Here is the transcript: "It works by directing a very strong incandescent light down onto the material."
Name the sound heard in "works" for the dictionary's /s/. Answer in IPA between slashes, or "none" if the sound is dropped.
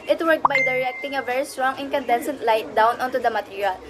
none